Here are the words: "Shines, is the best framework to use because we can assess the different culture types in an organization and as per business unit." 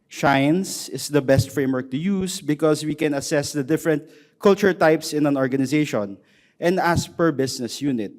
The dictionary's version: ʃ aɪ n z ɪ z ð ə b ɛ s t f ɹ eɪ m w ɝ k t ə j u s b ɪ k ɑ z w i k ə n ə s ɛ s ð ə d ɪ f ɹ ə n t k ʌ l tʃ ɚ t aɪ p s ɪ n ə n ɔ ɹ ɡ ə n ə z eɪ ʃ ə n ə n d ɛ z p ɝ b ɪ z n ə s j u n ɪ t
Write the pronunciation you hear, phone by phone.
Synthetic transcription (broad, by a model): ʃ aɪ n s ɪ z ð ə b ɛ s t f ɹ eɪ m w ɝ k t ə j u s b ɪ k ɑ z w i k ə n ə s ɛ s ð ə d ɪ f ɹ ə n t k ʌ l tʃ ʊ t aɪ p s ɪ n ə n ɔ ɹ ɡ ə n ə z eɪ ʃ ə n ə n d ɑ s p ɝ b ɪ s n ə s j u n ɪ t